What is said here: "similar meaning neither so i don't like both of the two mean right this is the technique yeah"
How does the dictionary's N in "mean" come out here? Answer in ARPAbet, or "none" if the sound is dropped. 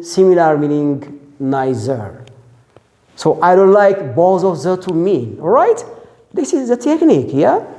L